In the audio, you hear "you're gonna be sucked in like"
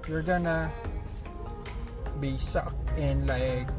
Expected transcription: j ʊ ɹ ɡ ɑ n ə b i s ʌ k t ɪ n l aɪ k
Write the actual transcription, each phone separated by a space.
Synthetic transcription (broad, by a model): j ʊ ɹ ɡ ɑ n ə b i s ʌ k ɪ n l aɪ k